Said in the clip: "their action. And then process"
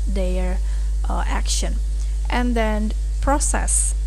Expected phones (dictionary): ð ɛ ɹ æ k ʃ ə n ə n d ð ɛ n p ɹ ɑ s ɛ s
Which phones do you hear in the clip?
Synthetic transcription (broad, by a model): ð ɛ ɹ æ k ʃ ə n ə n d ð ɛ n p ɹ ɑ s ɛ s